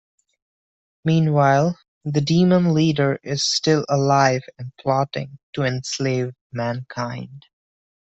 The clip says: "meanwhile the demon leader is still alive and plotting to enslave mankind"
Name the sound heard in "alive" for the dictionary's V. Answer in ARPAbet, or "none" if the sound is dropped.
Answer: V